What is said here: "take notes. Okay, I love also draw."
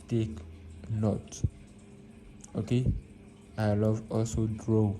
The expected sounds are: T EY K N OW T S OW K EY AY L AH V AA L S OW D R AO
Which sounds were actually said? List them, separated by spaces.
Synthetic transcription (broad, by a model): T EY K N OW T OW K EY AY L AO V AA L S OW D R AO